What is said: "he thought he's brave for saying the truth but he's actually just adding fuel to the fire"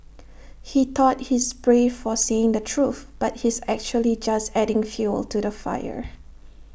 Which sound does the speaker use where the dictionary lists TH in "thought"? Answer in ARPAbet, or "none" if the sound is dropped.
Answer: T